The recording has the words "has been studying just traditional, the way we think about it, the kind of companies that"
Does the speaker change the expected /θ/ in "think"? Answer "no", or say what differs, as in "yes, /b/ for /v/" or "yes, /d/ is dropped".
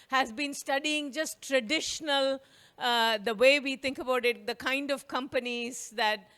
yes, /t/ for /θ/